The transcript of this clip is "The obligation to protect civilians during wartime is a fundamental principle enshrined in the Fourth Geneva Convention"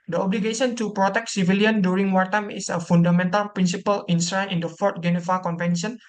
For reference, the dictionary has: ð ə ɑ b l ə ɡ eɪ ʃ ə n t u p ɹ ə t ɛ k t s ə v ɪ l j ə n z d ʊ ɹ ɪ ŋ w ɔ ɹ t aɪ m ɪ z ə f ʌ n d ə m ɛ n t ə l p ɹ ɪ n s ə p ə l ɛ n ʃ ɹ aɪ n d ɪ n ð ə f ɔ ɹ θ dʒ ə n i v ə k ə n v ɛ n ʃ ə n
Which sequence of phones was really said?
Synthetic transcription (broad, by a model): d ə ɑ b l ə ɡ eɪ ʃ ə n t u p ɹ ə t ɛ k t s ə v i l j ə n d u ɹ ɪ ŋ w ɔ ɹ t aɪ m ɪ s ə f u n d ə m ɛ n t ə l p ɹ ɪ n s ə p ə l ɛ n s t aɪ n d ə f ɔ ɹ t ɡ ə n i f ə k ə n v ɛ n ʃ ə n